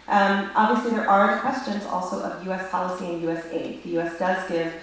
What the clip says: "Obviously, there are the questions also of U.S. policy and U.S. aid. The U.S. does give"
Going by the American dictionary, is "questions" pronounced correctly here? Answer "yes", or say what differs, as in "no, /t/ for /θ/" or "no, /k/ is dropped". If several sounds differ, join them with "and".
yes